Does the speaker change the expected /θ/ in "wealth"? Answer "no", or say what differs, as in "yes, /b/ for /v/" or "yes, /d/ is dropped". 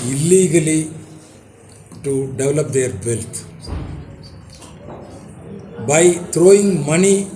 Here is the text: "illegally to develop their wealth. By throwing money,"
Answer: yes, /t/ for /θ/